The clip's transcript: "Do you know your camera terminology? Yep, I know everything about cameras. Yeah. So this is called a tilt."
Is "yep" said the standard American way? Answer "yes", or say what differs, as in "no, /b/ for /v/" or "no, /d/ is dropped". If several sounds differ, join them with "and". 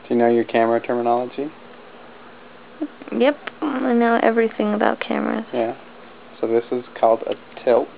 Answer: yes